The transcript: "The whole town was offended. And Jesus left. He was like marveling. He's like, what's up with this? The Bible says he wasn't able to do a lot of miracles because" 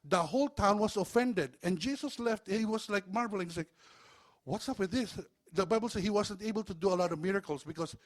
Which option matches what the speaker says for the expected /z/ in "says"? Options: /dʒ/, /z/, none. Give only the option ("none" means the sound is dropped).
none